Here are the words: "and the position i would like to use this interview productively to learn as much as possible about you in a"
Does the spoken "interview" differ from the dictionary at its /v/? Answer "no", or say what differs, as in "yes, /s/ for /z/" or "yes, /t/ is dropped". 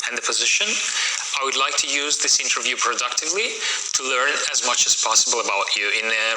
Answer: no